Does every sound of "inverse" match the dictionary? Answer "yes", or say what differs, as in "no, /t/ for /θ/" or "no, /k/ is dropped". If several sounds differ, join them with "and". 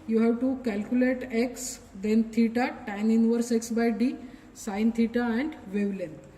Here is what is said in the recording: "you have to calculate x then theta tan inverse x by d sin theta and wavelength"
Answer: yes